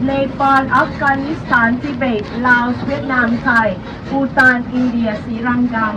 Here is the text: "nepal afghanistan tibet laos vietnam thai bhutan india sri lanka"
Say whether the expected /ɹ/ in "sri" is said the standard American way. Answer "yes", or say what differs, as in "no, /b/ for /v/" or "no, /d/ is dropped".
no, /ɹ/ is dropped